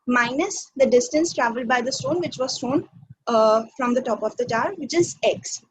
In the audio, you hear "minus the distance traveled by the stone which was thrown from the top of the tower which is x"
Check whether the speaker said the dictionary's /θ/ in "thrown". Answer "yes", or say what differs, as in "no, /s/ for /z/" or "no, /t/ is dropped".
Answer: no, /t/ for /θ/